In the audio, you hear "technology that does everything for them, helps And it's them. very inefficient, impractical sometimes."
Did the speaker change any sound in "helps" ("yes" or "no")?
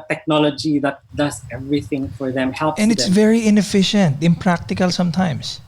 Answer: yes